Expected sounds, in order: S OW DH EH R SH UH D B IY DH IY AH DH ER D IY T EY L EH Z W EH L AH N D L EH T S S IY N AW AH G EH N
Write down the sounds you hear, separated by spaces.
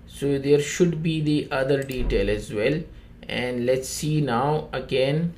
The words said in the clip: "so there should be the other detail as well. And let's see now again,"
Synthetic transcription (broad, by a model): S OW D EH R SH UH D B IY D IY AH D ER D IY T EY L EH Z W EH L AH N D L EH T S S IY N AW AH G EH N